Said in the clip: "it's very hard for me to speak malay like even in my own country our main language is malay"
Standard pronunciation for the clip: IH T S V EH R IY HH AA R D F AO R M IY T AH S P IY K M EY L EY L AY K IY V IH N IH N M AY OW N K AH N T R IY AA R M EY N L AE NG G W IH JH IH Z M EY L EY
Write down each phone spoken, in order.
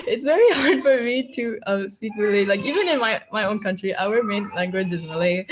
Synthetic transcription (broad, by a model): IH T S V EH R IY HH AA R D F AO R M IY T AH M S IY K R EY L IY L AY K IY V IH N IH N M AY OW N K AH N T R IY AA W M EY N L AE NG G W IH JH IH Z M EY L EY